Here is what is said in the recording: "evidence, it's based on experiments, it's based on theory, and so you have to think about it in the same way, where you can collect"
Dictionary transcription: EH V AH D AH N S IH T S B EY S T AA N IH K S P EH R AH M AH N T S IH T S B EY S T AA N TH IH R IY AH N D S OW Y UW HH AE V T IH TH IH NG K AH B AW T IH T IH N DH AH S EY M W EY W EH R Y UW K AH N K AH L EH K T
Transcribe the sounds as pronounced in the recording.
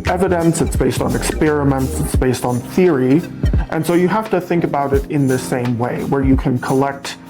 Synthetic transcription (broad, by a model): EH V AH D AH N S IH T S B EY S T N IH K S P EH R AH M AH N T S IH T S B EY S T N TH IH R IY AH N S OW Y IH HH AE F T IH TH IH NG K AH B AW T IH T IH N DH AH S EY M W EY W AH R Y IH K AH N K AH L EH K T